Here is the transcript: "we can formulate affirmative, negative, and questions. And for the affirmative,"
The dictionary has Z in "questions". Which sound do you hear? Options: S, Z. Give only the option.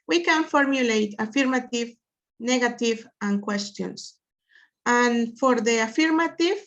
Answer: S